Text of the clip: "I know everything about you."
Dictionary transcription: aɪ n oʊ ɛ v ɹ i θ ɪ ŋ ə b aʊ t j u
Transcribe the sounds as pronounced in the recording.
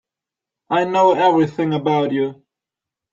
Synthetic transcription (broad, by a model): aɪ n oʊ ɛ v ɹ i θ ɪ ŋ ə b aʊ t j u